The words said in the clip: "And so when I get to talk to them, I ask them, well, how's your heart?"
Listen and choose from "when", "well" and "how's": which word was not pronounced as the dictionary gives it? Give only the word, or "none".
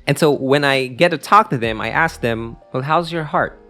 none